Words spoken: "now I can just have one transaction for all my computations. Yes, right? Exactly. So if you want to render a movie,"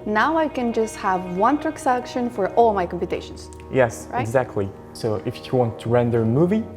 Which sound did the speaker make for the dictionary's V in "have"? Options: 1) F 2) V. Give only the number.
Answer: 2